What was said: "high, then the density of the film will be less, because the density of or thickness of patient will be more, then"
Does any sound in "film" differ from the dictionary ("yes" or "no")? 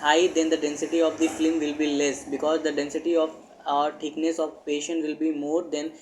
yes